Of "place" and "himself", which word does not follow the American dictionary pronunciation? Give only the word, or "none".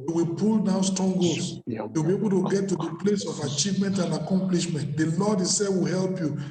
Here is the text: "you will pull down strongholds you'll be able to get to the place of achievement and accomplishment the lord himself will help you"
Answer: himself